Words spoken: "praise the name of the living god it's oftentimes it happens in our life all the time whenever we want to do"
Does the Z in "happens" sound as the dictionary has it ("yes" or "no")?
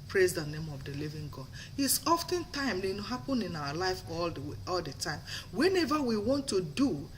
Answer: no